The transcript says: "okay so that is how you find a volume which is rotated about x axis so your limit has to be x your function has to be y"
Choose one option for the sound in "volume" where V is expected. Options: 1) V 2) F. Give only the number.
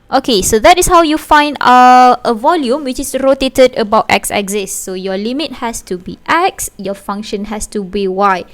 1